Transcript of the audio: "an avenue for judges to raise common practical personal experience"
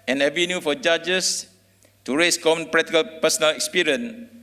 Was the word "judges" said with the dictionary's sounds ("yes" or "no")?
no